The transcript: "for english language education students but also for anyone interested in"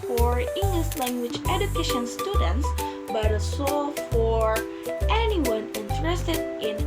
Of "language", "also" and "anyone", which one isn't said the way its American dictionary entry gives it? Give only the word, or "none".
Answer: also